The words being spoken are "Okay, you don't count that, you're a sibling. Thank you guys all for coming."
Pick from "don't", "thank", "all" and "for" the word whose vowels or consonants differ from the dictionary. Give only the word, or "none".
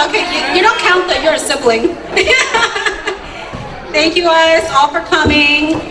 none